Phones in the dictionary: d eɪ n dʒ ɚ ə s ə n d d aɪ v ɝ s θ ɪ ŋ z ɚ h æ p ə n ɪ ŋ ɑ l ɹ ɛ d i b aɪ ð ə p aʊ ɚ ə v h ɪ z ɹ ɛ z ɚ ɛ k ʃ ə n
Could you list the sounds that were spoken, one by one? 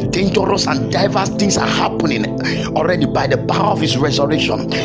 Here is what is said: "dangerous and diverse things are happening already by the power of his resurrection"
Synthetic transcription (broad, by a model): d eɪ n dʒ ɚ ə s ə n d d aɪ v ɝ s t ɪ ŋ s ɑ h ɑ p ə n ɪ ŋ ɑ l ɹ ɛ d i b aɪ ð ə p aʊ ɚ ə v h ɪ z ɹ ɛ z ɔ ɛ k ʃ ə n